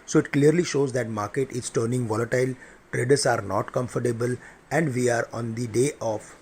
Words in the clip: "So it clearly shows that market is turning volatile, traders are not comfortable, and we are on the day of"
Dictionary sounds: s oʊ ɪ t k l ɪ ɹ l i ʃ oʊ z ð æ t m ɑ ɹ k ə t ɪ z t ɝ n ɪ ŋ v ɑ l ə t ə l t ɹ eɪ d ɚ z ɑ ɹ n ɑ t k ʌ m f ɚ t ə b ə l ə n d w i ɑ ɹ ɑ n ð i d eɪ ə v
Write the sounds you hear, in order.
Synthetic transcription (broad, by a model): s oʊ ɪ t k l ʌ ɹ l i ʃ oʊ z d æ t m ɑ ɹ k ə t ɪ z t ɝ n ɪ ŋ v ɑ l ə t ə l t ɹ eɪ d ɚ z ɑ ɹ n ɑ t k ʌ m f ɚ t ə b ə l ə n d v i ɑ ɹ ɑ n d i d eɪ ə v